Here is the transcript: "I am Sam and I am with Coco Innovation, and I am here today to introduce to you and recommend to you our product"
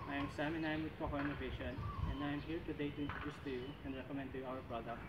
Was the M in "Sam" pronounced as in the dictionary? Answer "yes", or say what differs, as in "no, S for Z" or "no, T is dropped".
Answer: yes